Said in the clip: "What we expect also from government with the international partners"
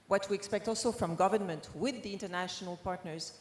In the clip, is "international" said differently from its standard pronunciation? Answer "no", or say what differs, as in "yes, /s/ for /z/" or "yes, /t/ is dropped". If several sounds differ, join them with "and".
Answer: no